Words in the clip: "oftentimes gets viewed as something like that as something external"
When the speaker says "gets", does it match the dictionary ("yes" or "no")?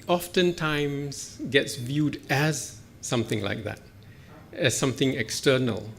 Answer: yes